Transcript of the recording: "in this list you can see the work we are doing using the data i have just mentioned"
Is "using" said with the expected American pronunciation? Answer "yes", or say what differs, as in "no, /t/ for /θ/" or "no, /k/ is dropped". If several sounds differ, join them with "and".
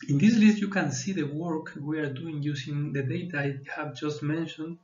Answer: no, /s/ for /z/